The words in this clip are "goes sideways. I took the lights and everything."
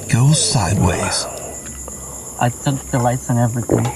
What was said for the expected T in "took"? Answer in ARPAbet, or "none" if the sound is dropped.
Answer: S